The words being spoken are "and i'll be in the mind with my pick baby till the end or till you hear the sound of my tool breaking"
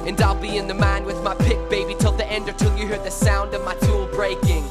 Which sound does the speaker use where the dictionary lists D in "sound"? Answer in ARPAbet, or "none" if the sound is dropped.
D